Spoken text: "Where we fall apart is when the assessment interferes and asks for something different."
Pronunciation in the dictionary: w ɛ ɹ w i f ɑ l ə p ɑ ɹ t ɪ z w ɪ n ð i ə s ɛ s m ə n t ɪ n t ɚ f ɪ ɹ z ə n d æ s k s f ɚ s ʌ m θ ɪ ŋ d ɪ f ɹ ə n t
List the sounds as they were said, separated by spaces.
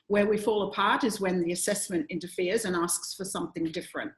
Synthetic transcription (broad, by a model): w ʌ ɹ w i f ɑ l ə p ɑ ɹ t ɪ z w ɪ n ð i ə s ɛ s m ə n t ɪ n t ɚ f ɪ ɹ z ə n æ s k s f ɚ s ʌ m θ ɪ ŋ d ɪ f ɹ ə n t